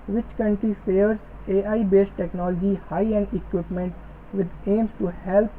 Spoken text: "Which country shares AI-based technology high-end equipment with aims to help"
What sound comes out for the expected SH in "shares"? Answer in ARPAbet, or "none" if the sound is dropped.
S